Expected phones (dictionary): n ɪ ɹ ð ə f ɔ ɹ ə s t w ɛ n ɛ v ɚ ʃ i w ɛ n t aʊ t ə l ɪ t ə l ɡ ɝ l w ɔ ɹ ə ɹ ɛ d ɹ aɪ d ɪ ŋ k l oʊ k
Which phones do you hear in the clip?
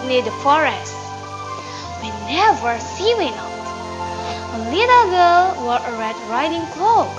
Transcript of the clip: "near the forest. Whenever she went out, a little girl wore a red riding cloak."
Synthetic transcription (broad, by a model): n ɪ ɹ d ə f ɔ ɹ ə s t w ɛ n ɛ v ɚ s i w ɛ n aʊ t ə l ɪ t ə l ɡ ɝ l w ɔ ɹ ə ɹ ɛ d ɹ aɪ d ɪ ŋ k l oʊ